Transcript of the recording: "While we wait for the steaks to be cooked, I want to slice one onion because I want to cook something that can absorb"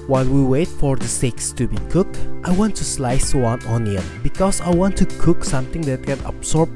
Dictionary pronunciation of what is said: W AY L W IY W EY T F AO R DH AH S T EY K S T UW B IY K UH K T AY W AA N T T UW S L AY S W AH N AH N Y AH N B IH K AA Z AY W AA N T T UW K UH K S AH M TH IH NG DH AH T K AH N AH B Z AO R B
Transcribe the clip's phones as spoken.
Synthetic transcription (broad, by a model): W AY L W IY W EY T F AO R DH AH S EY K S T UW B IY K UH K T AY W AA N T T UW S L AY S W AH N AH N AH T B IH K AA S AY W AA N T T UW K UH K S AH M T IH NG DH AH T K AH N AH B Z AO R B